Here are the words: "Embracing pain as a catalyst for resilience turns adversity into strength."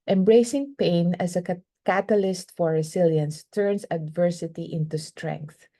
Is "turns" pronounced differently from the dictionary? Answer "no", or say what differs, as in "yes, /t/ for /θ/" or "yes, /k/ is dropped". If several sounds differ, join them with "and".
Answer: yes, /s/ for /z/